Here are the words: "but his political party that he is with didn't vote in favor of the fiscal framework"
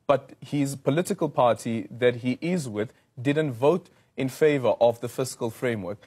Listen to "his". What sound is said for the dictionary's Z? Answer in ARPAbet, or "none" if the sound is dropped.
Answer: Z